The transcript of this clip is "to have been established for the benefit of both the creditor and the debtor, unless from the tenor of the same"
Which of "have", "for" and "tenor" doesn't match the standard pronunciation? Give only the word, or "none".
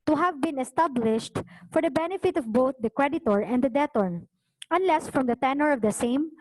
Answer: none